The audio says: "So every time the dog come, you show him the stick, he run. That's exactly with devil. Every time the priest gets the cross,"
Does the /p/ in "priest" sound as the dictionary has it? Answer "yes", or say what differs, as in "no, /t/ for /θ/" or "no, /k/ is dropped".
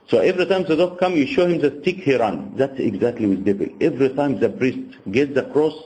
no, /b/ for /p/